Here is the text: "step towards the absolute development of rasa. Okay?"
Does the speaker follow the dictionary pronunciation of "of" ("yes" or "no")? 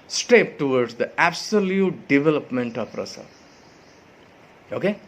no